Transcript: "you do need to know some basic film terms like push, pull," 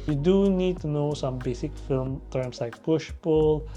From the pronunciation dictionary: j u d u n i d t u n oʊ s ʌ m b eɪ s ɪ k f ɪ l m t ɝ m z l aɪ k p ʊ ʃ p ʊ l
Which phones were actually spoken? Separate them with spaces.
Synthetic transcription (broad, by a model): j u d u n i d t u n oʊ s ʌ m b eɪ s ɪ k f ɪ l m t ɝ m s l aɪ k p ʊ ʃ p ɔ l